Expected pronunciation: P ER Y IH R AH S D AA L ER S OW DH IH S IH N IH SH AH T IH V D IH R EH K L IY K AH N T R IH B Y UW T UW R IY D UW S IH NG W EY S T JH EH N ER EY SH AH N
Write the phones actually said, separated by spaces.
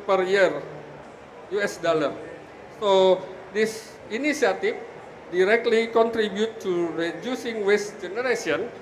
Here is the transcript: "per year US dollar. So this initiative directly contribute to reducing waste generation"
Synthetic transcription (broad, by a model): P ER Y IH R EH S D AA L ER S OW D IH S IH N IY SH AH T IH F D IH R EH K L IY K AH N T R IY B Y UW T UW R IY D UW S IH NG W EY S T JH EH N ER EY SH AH N